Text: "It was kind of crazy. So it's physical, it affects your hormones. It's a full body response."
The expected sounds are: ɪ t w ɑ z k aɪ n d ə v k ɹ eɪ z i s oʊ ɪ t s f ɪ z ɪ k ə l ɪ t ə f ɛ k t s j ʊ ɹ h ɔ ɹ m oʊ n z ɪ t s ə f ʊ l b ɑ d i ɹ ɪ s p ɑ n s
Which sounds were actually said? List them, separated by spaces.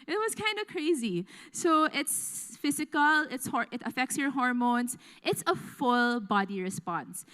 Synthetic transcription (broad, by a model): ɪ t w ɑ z k aɪ n d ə k ɹ eɪ z i s oʊ ɪ t s f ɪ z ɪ k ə l ɪ t ə f ɛ k t s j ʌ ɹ h ɔ ɹ m oʊ n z ɪ t s ə f ʊ l b ɑ d i ɹ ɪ s p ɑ n s